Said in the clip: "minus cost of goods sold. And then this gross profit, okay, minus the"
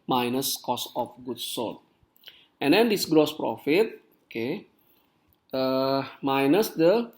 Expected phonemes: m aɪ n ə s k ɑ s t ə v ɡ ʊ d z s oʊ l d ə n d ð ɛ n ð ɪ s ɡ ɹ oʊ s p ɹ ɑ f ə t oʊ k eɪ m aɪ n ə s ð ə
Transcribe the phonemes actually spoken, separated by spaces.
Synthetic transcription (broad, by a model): m aɪ n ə s k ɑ s ə f ɡ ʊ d s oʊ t ə n d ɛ n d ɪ s ɡ ɹ oʊ s p ɹ ɑ f ə t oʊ k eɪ m aɪ n ə s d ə